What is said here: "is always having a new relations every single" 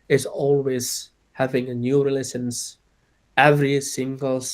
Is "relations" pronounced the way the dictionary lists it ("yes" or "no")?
no